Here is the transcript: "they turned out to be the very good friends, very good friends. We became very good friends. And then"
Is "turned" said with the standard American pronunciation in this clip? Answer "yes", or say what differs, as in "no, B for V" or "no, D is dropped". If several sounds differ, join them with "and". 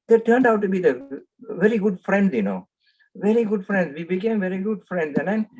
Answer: yes